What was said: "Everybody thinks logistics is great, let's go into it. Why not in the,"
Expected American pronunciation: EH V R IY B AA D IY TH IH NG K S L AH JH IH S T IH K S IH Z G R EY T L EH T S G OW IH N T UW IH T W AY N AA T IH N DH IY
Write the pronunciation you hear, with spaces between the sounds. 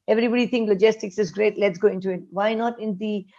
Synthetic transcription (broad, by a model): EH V R IY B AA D IY T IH NG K L AH JH IH S T IH K S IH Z G R EY T L EH T S G OW IH N T UW IH T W AY N AA T IH N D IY